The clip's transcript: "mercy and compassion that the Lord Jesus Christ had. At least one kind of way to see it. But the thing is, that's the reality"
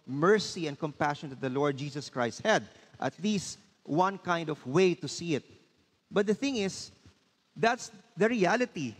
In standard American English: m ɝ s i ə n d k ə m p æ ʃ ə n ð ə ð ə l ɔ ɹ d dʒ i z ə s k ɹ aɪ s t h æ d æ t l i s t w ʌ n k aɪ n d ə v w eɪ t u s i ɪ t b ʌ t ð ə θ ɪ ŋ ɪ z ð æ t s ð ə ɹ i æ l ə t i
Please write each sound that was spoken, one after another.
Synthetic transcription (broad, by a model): m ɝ s i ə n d k ə m p æ ʃ ə n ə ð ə l ɔ ɹ d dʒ i s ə s k ɹ aɪ s t h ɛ d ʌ t l i s t w ʌ n k aɪ n d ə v w eɪ t u s i ɪ t b ʌ t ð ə θ ɪ ŋ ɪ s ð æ t s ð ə ɹ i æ l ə t i